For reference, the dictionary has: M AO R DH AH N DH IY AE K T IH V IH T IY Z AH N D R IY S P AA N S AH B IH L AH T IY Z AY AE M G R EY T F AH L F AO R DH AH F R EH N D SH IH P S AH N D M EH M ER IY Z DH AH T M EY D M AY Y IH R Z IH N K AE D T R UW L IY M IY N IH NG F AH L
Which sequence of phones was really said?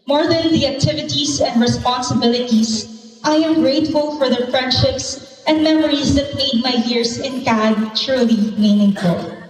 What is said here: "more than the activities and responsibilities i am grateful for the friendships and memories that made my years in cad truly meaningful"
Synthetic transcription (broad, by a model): M AO R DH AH N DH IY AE K T IH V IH T IY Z AH N D R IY S P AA N S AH B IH L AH T IY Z AY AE M G R EY T F AH L F AO R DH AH F R EH N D SH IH P S AH N D M EH M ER IY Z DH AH T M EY D M AY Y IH R S IH N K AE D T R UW L IY M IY N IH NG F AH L